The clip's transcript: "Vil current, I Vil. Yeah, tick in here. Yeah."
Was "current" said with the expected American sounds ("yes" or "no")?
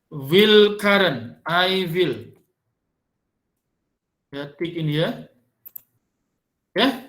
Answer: no